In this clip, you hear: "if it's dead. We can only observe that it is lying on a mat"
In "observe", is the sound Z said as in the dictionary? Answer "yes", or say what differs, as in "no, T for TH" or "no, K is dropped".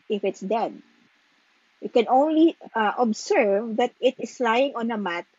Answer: no, S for Z